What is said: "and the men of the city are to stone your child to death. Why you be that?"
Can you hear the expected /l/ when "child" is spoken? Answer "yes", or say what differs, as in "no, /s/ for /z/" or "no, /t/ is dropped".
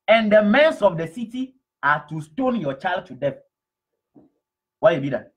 yes